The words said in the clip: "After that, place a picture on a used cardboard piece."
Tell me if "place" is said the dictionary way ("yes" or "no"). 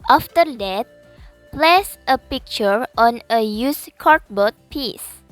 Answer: yes